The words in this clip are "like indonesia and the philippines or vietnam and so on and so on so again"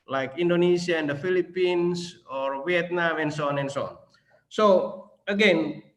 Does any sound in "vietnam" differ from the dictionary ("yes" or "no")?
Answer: yes